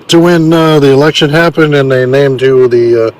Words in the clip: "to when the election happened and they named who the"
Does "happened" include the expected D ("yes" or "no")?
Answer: yes